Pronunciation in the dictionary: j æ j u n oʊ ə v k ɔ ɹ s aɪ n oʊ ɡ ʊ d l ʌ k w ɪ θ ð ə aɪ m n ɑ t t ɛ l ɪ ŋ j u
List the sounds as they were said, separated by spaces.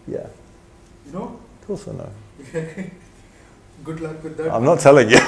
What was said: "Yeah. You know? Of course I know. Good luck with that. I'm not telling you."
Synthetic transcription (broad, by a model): j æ j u n oʊ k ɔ l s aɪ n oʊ ɡ ʊ d l ʌ k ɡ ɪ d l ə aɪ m n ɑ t t ɛ l ɪ ŋ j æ